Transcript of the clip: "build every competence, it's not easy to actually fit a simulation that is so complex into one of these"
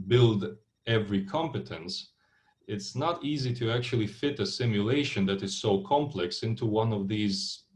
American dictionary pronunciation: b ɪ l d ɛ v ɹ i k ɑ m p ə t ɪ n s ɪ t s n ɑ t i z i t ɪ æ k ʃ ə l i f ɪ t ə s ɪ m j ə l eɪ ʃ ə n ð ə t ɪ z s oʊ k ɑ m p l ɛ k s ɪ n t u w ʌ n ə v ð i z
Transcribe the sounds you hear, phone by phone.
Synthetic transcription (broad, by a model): b ɪ l d ɛ v ɹ i k ɑ m p ə t ɪ n s ɪ t s n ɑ t i z i t ɪ æ k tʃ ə l i f ɪ t ə s ɪ m j ə l eɪ ʃ ə n ð ə t ɪ z s oʊ k ɑ m p l ɛ k s ɪ n t u w ʌ n ə v ð i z